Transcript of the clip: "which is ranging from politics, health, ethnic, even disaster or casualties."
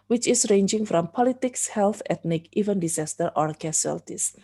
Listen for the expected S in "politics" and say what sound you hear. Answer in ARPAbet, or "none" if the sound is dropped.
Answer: S